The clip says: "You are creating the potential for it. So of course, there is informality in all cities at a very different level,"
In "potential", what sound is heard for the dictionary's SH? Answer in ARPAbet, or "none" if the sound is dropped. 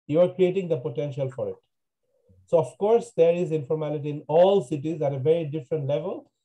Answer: SH